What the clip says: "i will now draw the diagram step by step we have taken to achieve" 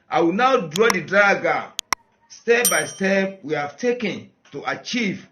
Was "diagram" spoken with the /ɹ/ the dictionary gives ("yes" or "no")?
no